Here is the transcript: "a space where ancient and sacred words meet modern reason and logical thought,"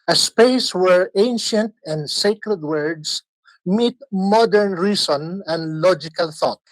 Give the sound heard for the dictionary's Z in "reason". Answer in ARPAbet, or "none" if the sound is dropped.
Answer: S